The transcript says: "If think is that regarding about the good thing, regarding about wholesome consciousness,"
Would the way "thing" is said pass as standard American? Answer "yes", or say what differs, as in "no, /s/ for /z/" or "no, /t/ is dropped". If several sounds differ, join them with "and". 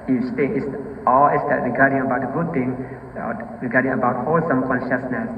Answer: no, /t/ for /θ/